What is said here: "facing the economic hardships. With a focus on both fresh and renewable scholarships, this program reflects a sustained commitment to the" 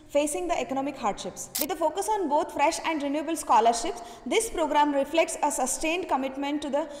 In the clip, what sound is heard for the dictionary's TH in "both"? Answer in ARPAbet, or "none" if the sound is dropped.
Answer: T